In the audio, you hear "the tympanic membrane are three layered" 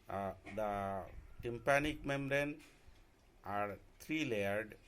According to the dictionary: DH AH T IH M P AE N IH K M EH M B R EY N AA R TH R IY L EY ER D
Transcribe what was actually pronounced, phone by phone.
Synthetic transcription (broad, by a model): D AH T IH M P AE N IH K M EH M R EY N AA R T R IY L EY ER D